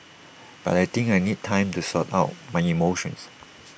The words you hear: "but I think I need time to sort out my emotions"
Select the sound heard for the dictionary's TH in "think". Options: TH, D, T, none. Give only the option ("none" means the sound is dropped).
T